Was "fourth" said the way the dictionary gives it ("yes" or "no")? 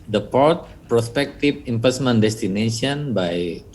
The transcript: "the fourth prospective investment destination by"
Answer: no